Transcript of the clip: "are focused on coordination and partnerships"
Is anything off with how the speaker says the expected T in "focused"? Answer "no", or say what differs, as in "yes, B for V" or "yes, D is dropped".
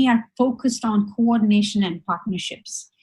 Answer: no